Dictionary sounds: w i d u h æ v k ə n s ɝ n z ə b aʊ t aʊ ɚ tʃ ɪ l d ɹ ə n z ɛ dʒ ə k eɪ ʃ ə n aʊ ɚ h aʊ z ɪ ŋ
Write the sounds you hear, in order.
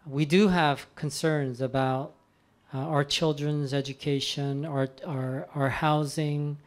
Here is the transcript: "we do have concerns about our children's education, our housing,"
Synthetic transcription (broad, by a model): w i d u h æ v k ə n s ɝ n z ə b aʊ t aʊ ɚ tʃ ɪ l d ɹ ə n z ɛ dʒ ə k eɪ ʃ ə n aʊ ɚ h aʊ z ɪ ŋ